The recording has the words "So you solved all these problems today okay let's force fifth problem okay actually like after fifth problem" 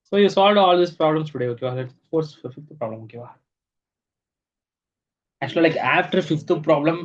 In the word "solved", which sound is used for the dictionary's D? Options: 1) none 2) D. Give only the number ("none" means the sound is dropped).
2